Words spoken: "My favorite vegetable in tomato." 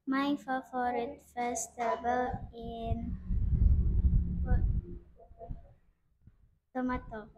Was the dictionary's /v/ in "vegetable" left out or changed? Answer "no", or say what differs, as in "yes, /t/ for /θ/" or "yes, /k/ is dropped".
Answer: yes, /f/ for /v/